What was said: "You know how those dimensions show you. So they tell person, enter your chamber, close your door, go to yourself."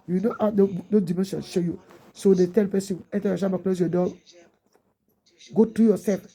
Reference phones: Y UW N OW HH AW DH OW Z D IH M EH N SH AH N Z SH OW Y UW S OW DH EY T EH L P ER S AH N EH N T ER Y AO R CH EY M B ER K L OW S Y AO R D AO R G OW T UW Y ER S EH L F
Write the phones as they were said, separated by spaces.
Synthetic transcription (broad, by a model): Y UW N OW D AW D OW D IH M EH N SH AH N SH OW Y UW S OW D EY T EH L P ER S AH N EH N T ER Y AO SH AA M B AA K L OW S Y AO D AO G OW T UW Y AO S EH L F